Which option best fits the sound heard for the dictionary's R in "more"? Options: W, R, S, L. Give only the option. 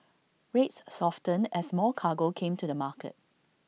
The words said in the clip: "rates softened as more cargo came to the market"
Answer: L